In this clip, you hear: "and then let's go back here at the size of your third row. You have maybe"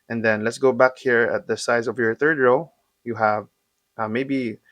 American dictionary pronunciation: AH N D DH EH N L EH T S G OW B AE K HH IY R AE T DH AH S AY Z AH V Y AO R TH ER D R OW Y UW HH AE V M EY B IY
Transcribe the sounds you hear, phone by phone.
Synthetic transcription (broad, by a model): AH N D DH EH N L EH T S G OW B AE K HH IY R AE T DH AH S AY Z AH V Y AO R TH ER D R OW Y UW HH AE V M EY B IY